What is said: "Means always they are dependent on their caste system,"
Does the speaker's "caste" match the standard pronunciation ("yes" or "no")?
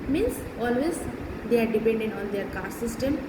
no